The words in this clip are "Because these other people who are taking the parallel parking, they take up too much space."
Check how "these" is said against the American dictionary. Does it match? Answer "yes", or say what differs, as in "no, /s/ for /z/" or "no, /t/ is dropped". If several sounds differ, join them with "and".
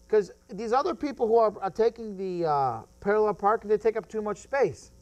yes